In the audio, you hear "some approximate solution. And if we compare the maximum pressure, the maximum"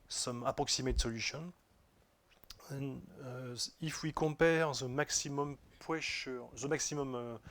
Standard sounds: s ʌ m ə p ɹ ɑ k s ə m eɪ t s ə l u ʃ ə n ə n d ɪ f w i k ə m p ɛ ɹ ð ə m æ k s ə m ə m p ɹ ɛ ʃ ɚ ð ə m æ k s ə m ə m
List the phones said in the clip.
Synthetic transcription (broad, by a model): s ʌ m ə p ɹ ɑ k s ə m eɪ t s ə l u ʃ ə n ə n ɪ f w i k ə p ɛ ɹ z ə m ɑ k s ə m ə m p w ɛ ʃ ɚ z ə m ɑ k s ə m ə m